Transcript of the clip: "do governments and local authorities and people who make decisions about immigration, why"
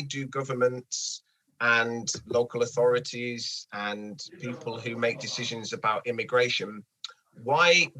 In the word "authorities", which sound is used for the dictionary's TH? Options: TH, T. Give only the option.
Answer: TH